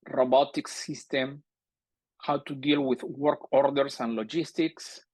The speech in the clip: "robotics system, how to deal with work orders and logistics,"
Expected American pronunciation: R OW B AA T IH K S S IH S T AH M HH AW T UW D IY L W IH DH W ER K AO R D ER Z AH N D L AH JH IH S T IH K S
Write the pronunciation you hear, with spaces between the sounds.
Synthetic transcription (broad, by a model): R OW B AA T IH K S S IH S T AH M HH AW T UW D IY L W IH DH W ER K AO R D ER S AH N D L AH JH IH S T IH K S